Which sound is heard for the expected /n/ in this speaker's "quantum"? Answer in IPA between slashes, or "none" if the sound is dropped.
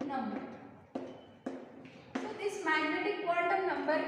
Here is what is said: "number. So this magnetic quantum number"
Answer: /l/